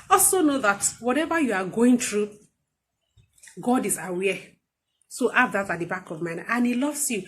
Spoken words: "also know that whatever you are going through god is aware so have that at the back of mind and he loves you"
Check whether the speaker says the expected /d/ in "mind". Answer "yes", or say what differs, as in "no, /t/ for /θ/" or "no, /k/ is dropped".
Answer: no, /d/ is dropped